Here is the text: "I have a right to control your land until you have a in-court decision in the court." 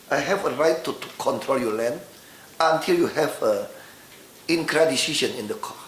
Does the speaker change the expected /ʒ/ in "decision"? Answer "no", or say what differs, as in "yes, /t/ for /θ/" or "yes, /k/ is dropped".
yes, /ʃ/ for /ʒ/